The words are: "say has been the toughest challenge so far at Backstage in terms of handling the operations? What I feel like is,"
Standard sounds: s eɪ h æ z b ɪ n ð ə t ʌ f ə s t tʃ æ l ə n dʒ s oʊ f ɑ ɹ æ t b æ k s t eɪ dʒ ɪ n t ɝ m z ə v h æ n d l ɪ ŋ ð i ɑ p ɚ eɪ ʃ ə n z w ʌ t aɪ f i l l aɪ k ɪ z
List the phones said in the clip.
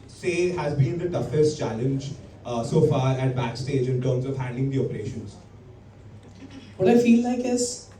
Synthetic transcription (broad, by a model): s eɪ h æ z b ɪ n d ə t ʌ f ə s t tʃ æ l ə n dʒ s oʊ f ɑ ɹ æ t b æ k s t eɪ dʒ ɪ n t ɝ m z ə v h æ n d ɪ ŋ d i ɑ p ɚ eɪ ʃ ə n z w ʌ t aɪ f i l l aɪ k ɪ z